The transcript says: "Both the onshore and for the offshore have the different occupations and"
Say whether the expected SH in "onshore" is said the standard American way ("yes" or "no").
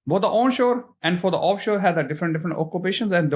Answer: yes